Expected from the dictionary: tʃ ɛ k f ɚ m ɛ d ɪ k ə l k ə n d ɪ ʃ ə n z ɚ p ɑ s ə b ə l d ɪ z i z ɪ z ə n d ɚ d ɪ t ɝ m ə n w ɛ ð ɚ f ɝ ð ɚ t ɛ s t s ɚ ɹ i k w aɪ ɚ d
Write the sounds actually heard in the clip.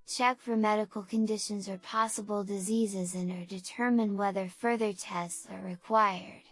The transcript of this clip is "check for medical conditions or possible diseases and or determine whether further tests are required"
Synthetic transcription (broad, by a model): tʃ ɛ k f ɚ m ɛ d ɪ k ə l k ə n d ɪ ʃ ə n z ɚ p ɑ s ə b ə l d ɪ z i z ɪ z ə n ɚ d ɪ t ɝ m ə n w ɛ ð ɚ f ɝ ð ɚ t ɛ s t s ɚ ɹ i k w aɪ ɚ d